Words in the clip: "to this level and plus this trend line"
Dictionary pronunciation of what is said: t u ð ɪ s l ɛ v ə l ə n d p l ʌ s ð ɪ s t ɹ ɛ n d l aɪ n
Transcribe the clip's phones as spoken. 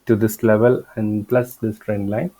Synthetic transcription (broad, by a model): t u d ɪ s l ɛ v ə l ə n d p l ʌ s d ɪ s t ɹ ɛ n d l aɪ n